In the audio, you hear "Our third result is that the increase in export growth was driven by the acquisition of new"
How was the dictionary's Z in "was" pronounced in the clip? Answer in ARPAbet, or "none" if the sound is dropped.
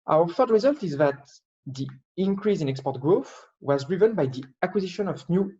Z